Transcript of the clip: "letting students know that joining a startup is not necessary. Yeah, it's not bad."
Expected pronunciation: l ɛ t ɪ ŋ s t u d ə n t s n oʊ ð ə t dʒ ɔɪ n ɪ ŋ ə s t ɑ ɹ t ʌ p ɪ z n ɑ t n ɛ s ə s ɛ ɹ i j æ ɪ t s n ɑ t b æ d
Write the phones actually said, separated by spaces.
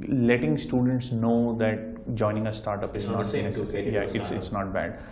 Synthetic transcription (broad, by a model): l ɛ t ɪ ŋ s t u d ə n t s n oʊ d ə t dʒ ɔɪ n ɪ ŋ ə s t ɑ ɹ t ʌ p ɪ z n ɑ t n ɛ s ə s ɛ i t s ɪ t s n ɑ t b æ d